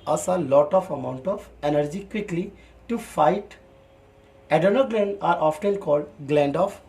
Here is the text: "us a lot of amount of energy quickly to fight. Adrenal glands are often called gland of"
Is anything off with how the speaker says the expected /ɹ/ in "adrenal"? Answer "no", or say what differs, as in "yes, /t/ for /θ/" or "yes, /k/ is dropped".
yes, /ɹ/ is dropped